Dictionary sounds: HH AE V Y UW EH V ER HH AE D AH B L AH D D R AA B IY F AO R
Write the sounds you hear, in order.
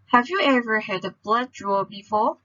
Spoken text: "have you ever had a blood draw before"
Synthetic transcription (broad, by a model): HH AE V Y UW EH V ER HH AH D AH B L AH D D R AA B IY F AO